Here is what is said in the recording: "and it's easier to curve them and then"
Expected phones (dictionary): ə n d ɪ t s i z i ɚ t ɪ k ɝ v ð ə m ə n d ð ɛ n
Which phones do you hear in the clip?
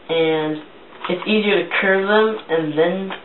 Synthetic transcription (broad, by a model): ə n ɪ t s i z i ɚ t ɪ k ɝ v ð ə m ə n ð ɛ n